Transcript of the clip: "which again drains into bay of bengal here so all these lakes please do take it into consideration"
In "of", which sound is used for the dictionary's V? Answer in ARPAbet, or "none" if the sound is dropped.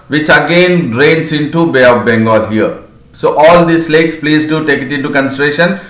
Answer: P